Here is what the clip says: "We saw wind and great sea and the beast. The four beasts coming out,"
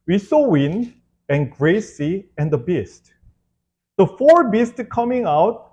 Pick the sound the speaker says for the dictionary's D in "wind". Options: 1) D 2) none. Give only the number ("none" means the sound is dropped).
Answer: 2